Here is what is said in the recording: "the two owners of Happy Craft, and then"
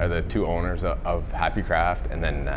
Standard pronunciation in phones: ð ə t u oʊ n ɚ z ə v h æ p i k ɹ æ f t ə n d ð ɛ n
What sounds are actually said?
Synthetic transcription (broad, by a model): ð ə t u oʊ n ɚ z ə v h æ p i k ɹ æ f t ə n ð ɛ n